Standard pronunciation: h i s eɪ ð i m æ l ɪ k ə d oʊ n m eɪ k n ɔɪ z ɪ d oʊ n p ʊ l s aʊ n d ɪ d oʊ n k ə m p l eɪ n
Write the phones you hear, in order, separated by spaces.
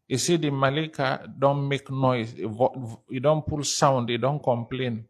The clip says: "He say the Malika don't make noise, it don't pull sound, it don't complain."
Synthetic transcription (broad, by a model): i s eɪ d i m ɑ l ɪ k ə d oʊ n m eɪ k n ɔɪ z ɪ d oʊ n p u l s aʊ n d ɪ d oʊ n k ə m p l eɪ n